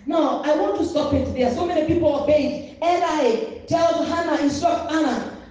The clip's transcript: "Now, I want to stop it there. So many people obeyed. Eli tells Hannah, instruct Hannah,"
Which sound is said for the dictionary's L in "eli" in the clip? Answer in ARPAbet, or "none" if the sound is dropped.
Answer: N